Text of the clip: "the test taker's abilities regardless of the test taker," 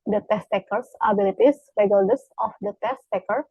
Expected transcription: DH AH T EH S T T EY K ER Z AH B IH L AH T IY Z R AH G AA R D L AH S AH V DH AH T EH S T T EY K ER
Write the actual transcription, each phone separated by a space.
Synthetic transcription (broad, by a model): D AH T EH S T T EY K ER S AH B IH L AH T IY S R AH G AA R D AH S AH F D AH T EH S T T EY K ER